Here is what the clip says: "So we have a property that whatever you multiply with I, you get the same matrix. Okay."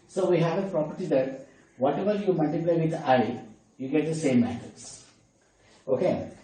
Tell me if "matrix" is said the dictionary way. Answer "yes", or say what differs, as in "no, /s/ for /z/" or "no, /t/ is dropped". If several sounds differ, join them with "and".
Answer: no, /ɹ/ is dropped and /k/ is dropped